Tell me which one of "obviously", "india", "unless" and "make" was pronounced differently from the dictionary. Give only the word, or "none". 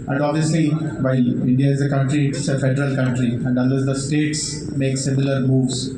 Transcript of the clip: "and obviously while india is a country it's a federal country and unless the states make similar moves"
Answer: unless